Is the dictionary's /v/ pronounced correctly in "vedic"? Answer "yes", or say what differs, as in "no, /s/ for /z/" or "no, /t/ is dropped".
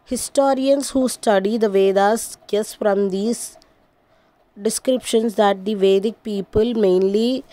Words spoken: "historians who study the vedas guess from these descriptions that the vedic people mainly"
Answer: yes